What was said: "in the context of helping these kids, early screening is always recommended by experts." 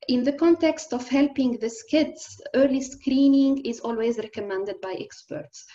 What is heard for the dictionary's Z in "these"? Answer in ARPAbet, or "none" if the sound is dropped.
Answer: S